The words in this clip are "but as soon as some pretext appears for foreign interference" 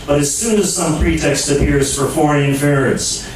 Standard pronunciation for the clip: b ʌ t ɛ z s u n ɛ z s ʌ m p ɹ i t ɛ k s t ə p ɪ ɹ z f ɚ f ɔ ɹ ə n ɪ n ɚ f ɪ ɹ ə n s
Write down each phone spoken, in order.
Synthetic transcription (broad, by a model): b ʌ t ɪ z s u n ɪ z s ʌ m p ɹ i t ɛ k s t ə p ɪ ɹ z f ɚ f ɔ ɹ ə ɪ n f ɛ ɹ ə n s